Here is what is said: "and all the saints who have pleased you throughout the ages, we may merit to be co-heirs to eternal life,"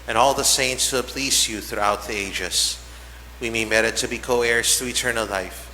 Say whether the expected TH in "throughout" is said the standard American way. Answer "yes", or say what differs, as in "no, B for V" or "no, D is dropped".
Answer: yes